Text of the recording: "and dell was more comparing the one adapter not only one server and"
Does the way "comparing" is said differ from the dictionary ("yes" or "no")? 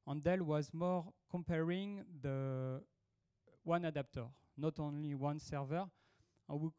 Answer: no